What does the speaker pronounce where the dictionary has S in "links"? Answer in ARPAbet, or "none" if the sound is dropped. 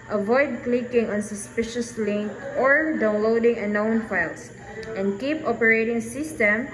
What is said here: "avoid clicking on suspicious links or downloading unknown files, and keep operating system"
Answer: none